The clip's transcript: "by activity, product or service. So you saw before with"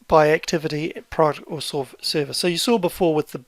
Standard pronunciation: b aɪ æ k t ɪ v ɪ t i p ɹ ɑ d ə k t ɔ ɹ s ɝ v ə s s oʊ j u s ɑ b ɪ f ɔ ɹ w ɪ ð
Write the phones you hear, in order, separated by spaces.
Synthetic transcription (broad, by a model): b aɪ æ k t ɪ v ɪ t i p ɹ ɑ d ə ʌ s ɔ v s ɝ v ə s s oʊ j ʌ s ɑ b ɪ f ɔ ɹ w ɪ ð